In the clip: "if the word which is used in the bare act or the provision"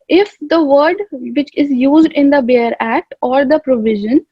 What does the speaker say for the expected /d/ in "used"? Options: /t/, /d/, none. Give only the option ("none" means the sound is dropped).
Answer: /d/